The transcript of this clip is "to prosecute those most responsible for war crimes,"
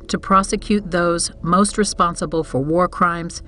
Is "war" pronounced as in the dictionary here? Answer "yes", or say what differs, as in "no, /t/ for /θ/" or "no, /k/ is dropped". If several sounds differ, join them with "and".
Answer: yes